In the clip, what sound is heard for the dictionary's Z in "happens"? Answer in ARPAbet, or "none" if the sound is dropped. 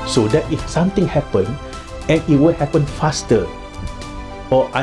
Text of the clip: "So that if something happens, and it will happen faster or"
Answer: none